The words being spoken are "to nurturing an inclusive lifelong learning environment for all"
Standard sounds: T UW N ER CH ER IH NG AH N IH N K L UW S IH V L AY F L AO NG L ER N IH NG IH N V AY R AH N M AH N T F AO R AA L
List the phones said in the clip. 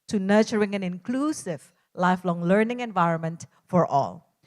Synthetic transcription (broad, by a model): T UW N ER CH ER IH NG AH N IH N K L UW S IH V L AY F L AO NG L ER N IH NG IH N V AY R AH N M AH N T F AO R AA L